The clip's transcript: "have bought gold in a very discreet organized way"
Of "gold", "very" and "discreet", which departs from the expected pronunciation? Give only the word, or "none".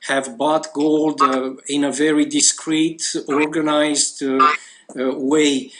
none